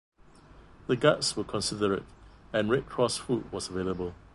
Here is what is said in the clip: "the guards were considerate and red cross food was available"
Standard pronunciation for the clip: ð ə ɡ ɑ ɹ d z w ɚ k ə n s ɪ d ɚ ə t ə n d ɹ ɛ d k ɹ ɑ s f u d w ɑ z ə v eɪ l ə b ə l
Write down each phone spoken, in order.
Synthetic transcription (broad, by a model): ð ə ɡ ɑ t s w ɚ k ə n s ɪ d ɚ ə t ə n ɹ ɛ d k ɹ ɑ s f u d w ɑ s ə v eɪ l ə b ə l